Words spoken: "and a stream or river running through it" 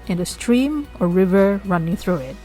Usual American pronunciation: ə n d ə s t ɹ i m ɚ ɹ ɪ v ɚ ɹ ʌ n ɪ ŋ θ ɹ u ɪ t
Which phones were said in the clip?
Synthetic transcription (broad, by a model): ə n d ə s t ɹ i m ɚ ɹ ɪ v ɚ ɹ ʌ n ɪ ŋ θ ɹ u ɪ t